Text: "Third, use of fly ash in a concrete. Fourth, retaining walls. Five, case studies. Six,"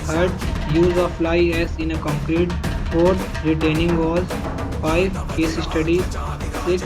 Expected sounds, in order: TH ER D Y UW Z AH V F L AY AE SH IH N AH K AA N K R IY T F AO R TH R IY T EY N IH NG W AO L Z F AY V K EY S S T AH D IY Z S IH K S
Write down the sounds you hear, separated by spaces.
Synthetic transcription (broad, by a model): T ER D Y UW Z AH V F L AY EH S IH N AH K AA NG K R IY T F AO R T R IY T EY N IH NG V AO Z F AY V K EY S S T AH D IY Z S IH K S